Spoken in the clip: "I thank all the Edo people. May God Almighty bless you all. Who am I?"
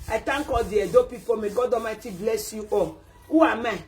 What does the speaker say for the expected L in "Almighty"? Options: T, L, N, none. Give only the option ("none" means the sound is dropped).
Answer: none